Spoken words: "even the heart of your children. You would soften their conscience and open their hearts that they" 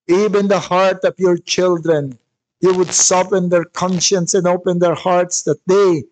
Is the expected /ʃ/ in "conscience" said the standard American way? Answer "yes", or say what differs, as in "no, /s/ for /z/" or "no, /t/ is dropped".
yes